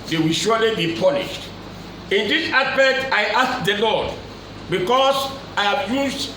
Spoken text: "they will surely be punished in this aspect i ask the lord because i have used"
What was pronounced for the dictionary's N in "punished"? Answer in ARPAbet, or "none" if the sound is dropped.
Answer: L